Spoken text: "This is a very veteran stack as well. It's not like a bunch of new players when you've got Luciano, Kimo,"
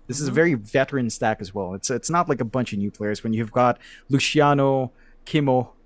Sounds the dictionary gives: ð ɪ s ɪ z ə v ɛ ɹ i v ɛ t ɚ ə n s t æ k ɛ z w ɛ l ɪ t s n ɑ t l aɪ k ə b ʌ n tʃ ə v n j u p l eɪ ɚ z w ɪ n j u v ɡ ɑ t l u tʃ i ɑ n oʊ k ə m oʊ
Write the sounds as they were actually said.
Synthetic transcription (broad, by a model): ð ɪ s ɪ z ə v ɛ ɹ i v ɛ t ɚ ə n s t æ k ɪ z w ɛ l ɪ t s n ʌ t l aɪ k ə b ʌ n tʃ ə v n j u p l eɪ ɚ z w ɪ n j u v ɡ ɑ t l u ʃ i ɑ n oʊ k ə m oʊ